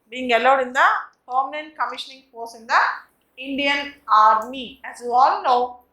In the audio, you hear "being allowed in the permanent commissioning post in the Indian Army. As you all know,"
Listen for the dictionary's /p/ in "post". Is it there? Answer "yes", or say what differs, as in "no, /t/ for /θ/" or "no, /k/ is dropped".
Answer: no, /f/ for /p/